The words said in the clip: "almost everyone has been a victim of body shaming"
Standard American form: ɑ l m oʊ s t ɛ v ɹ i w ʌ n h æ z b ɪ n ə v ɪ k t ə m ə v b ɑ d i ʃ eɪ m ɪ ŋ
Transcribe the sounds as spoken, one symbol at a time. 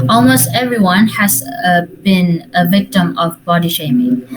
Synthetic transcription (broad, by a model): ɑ l m oʊ s t ɛ v ɹ i w ʌ n h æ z b ɪ n ə v ɪ k t ə m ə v b ɑ d i ʃ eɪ m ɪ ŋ